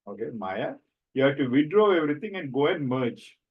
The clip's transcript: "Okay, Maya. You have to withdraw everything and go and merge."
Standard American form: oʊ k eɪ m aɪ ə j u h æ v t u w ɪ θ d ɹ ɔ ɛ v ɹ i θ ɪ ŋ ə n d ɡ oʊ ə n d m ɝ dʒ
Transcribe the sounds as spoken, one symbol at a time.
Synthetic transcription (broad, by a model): oʊ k eɪ m aɪ ə j u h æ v t u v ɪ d ɹ ɔ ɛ v ɹ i t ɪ ŋ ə n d ɡ oʊ ə n d m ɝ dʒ